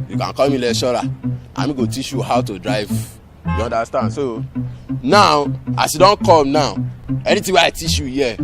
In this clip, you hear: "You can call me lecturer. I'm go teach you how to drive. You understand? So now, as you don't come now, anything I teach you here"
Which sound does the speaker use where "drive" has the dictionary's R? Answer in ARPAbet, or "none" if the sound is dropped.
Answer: R